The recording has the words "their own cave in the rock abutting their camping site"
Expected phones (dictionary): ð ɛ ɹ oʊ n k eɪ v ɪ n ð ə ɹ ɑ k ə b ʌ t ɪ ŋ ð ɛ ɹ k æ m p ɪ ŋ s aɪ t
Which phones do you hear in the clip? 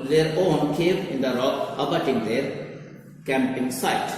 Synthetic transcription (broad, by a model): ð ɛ ɹ oʊ n k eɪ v ɪ n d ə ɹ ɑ ə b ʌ t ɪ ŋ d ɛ ɹ k æ m p ɪ ŋ s aɪ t